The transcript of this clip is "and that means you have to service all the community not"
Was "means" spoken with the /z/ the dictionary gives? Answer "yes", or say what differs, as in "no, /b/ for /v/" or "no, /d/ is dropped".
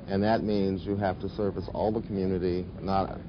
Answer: yes